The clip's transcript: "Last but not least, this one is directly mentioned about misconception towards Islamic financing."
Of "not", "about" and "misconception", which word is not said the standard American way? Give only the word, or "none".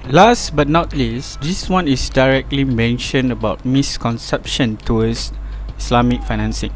none